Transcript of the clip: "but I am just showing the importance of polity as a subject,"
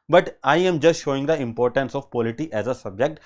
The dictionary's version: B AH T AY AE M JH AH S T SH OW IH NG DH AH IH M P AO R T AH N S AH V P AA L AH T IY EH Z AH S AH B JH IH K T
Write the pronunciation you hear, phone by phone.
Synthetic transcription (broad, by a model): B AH T AY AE M JH AH S T SH OW IH NG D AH IH M P AO R T AH N S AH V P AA L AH T IY EH Z AH S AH B JH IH K T